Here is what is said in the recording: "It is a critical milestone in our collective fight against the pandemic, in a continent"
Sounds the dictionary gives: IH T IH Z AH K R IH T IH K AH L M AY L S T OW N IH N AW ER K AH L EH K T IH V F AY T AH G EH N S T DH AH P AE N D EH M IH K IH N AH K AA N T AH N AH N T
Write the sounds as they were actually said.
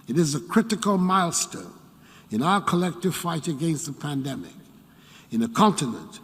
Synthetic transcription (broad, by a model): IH T IH Z AH K R IH T IH K AH L M AY L S T OW N IH N AW ER K AH L EH K T IH V F AY T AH G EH N S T DH AH P AE N D EH M IH K IH N AH K AA N T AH N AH N T